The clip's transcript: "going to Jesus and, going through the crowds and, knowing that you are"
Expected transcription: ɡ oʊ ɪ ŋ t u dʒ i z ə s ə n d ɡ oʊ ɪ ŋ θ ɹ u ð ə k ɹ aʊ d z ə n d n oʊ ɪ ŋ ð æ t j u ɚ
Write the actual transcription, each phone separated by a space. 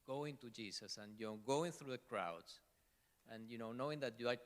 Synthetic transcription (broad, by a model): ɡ oʊ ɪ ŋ t u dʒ i s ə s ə n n ɡ oʊ ɪ ŋ θ ɹ u ð ə k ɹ aʊ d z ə n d n oʊ ɪ ŋ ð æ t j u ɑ